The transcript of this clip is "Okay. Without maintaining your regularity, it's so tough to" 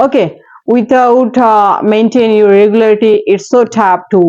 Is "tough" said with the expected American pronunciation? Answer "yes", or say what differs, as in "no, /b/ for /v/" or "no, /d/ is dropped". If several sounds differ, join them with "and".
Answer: no, /p/ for /f/